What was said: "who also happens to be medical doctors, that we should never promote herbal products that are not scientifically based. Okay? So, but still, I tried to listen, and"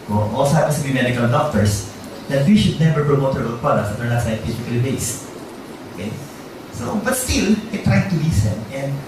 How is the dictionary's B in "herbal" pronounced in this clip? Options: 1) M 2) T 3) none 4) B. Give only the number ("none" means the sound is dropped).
3